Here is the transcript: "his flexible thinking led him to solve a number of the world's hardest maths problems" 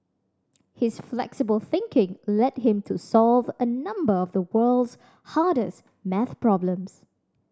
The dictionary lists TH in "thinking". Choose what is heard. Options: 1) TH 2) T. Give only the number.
1